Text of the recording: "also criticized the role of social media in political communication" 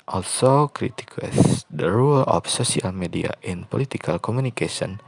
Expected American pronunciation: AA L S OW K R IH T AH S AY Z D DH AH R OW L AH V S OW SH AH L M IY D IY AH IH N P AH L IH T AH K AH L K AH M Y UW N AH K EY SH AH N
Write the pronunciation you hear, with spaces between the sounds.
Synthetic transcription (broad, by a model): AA L S OW K R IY T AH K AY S D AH R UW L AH F S OW S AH L M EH D IY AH IH N P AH L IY T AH K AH L K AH M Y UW N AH K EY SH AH N